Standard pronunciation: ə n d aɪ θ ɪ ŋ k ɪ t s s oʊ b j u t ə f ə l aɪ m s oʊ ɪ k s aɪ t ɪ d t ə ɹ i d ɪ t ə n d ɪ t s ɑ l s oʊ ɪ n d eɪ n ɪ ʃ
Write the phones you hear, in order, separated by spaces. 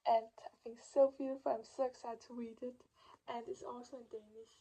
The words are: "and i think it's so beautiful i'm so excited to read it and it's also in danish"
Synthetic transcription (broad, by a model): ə n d aɪ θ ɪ ŋ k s s oʊ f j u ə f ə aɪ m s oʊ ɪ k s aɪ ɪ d t ə w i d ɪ t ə n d ɪ t s ɑ l s oʊ ɪ n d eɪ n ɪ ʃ